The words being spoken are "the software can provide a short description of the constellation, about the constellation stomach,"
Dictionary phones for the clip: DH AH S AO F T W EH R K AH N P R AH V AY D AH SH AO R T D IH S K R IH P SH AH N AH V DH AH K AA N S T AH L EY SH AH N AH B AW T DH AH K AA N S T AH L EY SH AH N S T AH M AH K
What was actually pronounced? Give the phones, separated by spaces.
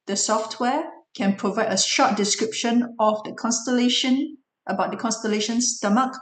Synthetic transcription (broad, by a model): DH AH S AO F T W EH K AH N P R AH V AY D AH SH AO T D IH S K R IH P SH AH N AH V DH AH K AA N S T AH L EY SH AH N AH B AW T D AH K AA N S T AH L EY SH AH N S T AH M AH K